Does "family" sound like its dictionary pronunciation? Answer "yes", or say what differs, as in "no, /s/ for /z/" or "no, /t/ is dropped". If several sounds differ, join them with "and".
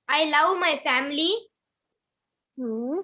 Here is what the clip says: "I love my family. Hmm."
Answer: yes